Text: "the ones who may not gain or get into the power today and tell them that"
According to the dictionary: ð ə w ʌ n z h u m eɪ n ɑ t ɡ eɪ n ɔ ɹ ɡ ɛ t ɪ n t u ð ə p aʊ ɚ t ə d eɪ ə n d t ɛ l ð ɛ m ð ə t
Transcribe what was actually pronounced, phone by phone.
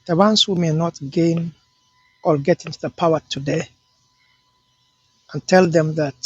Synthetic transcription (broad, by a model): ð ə w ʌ n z h u m eɪ n ɑ t ɡ eɪ n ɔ l ɡ ɛ t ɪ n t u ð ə p aʊ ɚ t ə d eɪ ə n t ɛ l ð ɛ m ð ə t